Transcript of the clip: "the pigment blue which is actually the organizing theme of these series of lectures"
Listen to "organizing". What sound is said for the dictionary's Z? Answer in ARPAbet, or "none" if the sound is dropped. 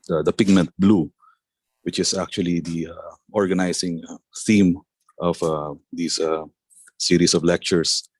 S